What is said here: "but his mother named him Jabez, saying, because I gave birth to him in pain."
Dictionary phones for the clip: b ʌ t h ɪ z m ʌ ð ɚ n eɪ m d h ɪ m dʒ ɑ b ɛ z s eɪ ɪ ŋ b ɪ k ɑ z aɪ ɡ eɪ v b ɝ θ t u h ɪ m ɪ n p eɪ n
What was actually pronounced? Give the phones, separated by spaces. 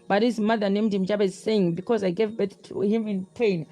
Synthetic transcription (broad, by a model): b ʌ t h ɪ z m ʌ ð ɚ n eɪ m d h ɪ m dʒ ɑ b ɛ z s eɪ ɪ ŋ b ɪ k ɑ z aɪ ɡ eɪ v b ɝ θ t u h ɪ m ɪ n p eɪ n